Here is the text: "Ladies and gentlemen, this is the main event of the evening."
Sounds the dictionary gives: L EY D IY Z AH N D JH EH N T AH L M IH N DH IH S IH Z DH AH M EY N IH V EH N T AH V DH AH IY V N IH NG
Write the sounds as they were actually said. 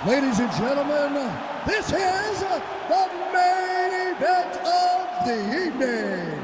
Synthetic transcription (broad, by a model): L EY D IY Z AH N JH EH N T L M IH N DH IH S IH Z DH AH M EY IH B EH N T AH V DH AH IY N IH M